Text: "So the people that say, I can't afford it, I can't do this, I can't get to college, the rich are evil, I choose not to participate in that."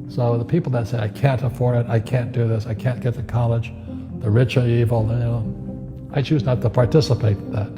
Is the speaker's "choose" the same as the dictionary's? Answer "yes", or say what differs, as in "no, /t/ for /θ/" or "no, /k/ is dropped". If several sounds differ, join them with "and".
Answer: yes